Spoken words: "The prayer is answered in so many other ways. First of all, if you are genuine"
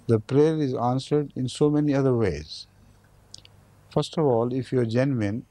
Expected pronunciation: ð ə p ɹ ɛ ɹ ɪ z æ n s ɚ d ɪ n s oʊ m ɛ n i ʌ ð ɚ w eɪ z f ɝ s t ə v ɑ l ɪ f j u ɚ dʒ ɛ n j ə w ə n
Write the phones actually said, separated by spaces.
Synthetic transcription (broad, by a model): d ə p ɹ ɛ ɹ ɪ z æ n s ɚ d ɪ n s oʊ m ɛ n i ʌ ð ɚ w eɪ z f ɝ s t ə v ɑ l ɪ f j u ɚ dʒ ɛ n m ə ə n